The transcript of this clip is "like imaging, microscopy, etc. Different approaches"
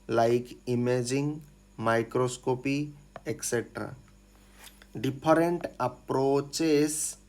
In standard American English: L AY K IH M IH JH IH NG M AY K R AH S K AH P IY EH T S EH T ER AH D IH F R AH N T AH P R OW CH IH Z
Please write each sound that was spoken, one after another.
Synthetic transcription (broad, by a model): L AY K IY M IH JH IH NG M AY K R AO S K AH P IY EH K S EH T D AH D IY P R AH N T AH P R OW CH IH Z